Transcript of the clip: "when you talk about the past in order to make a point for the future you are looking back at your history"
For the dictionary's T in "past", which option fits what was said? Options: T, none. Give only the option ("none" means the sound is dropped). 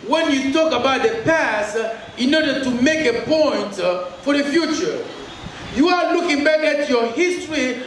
T